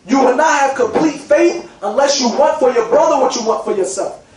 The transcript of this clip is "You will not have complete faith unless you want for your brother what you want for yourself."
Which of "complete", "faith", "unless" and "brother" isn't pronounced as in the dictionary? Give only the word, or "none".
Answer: none